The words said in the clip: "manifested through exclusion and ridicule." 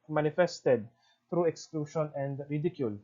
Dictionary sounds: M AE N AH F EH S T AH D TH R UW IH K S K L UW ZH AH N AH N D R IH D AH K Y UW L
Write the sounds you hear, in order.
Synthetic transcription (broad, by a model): M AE N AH F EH S T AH D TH R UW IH K S K L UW SH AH N AH N D R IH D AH K Y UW L